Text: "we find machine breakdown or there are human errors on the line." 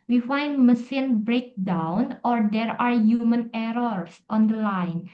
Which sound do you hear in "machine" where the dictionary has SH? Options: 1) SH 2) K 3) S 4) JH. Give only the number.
3